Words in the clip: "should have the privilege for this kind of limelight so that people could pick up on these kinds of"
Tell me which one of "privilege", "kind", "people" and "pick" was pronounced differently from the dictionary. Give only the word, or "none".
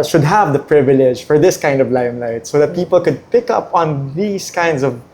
none